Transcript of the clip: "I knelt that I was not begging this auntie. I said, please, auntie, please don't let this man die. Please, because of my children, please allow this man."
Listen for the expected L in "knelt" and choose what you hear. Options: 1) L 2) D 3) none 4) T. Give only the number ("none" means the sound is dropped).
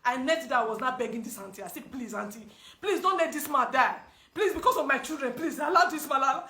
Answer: 3